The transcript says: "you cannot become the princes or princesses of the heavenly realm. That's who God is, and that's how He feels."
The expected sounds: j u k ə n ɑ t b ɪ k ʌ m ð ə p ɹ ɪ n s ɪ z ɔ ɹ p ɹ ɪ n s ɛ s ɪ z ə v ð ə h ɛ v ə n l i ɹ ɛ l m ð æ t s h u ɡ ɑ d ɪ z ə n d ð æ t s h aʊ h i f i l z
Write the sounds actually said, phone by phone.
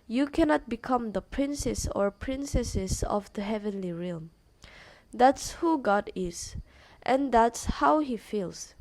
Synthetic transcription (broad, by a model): j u k ə n ɑ t b ɪ k ʌ m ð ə p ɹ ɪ n s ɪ s ɔ ɹ p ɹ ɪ n s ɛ s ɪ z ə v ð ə h ɛ v ə n l i ɹ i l m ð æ t s h u ɡ ɑ d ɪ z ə n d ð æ t s h aʊ h i f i l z